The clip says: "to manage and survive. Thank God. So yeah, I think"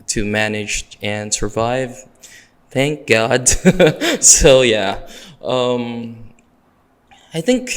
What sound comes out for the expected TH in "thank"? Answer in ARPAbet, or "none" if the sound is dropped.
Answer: TH